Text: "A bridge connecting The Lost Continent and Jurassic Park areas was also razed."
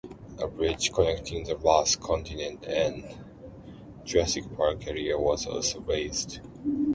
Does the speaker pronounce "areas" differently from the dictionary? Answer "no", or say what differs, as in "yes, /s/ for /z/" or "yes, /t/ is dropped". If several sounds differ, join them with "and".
yes, /z/ is dropped